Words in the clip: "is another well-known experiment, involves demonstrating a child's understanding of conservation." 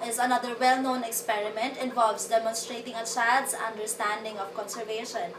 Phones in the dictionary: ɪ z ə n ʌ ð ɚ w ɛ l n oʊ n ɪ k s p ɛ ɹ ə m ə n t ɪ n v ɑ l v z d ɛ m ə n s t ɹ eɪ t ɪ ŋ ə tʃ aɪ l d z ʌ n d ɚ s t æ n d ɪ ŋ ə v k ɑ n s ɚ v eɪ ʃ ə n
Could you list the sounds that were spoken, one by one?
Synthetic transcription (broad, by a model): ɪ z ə n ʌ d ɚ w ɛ l n oʊ n ɪ k s p ɛ ɹ ə m ə n t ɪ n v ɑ l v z d ɛ m ə n s t ɹ eɪ t ɪ ŋ ə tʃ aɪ d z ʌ n d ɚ s t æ n d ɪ ŋ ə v k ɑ n s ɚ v eɪ ʃ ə n